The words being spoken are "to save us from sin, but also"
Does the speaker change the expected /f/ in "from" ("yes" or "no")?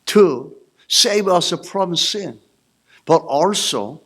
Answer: yes